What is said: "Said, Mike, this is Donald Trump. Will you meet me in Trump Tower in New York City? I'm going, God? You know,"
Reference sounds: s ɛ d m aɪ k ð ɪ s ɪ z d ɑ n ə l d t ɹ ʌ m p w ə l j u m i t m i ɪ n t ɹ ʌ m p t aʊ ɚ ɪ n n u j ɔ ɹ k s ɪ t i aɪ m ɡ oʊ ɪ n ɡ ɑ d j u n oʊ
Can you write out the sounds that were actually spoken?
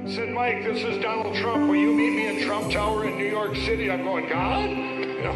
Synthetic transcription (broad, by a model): s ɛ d m aɪ k ð ɪ s ɪ z d ɑ n l d t ɹ ʌ m p w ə n j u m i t m i ɪ n t ɹ ʌ m p t aʊ ɚ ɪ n n u j ɔ ɹ k s ɪ t i aɪ m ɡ oʊ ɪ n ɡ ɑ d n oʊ